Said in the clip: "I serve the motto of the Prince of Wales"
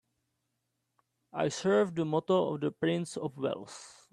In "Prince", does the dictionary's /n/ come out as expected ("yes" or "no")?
yes